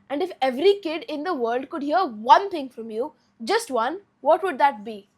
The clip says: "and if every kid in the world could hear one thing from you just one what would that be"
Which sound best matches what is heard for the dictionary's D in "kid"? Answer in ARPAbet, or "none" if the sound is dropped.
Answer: D